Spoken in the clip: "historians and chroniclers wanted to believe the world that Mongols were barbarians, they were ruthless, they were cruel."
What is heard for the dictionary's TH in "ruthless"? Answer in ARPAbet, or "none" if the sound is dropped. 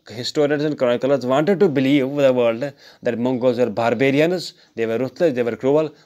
T